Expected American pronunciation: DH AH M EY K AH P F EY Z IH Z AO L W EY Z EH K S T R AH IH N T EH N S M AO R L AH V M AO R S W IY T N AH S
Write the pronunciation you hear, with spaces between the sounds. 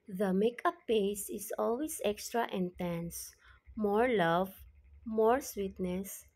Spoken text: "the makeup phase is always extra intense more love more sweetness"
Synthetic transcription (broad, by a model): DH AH M EY K AH P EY S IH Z AO L W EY S EH K S T R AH IH N T EH N S M AO R L AH V M AO R S W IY T N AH S